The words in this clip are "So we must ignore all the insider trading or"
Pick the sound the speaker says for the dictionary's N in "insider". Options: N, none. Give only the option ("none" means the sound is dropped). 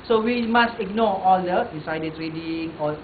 none